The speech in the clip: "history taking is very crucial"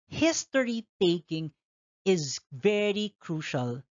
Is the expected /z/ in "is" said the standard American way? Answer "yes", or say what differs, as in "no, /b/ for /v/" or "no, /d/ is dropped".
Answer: yes